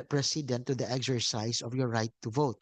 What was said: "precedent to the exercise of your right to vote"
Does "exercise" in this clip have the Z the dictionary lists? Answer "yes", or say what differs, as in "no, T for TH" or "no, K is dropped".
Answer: no, S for Z